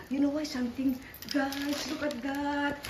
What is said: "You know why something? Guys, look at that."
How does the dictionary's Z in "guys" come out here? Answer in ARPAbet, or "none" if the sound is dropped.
S